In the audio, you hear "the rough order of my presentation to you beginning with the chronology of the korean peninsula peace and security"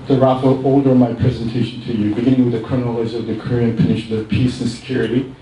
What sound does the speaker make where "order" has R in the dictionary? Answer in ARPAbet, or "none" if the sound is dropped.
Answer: L